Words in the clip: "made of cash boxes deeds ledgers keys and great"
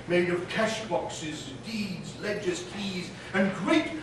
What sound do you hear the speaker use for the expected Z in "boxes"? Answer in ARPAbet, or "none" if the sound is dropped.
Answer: Z